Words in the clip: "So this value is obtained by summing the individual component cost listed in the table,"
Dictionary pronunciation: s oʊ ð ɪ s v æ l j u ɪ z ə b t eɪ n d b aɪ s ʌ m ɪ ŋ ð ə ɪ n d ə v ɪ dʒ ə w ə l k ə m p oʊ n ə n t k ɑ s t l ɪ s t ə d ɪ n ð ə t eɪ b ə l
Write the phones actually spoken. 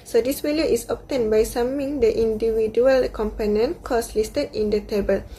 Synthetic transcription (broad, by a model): s oʊ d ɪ s w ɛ l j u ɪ s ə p t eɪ n b aɪ s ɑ m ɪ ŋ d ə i n d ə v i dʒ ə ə l k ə m p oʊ n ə n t k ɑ s l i s t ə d ɪ n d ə t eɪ b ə l